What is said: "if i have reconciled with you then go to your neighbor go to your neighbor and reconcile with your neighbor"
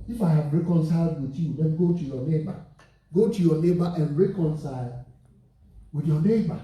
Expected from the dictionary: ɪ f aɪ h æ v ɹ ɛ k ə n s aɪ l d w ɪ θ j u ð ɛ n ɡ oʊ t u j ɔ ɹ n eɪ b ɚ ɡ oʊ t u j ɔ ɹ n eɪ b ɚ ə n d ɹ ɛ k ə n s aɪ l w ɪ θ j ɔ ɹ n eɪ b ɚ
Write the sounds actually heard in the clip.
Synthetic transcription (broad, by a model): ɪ f aɪ h æ v ɹ ɛ k ə n s aɪ l d w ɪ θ j u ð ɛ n ɡ oʊ t u j ɔ n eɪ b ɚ ɡ oʊ t u j ɔ n eɪ b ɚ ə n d ɹ ɛ k ə n s aɪ l w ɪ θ j ɔ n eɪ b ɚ